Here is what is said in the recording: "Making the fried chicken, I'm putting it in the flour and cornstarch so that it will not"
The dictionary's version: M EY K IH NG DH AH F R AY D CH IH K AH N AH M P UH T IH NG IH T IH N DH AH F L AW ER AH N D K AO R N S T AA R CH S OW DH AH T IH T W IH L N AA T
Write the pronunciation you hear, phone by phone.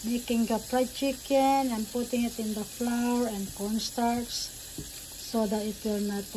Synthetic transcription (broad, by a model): M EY K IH NG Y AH P R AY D CH IH K AH N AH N P UH T IH NG IH T IH N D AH F L AW ER AH N D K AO N S T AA R S S OW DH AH T IH T W IH L N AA T